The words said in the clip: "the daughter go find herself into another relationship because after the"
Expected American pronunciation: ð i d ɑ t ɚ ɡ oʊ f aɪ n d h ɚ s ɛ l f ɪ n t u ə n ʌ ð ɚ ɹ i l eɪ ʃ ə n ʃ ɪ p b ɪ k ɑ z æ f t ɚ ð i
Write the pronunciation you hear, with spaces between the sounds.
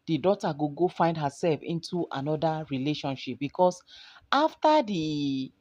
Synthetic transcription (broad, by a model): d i d ɑ t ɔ ɡ oʊ f aɪ n d h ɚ s ɛ l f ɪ n t u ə n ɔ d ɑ ɹ i l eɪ ʃ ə n ʃ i p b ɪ k ɑ s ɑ f t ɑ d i